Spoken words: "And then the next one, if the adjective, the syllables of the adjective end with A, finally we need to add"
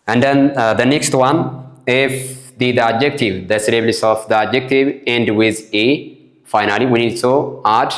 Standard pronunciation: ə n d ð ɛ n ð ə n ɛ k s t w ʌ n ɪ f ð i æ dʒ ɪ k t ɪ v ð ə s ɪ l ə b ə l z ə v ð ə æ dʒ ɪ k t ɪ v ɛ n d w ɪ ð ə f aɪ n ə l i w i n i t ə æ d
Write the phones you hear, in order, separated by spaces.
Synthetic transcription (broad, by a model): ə n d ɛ n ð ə n ɛ k s t w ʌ n ɪ f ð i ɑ dʒ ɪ k t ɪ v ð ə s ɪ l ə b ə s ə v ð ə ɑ dʒ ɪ k t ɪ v ɛ n d w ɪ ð ə f aɪ n ə l i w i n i s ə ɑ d